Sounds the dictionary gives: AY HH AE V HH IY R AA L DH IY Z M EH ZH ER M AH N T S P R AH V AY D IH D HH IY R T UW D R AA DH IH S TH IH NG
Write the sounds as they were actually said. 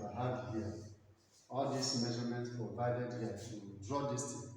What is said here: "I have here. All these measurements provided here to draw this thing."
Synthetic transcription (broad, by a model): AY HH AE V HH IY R AA L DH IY S M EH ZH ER M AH N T P R AH V AY D IH D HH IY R T UW D R AA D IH S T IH